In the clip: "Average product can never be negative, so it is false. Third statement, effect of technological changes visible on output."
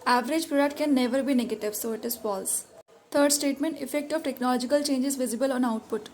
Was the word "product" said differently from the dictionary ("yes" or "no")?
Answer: yes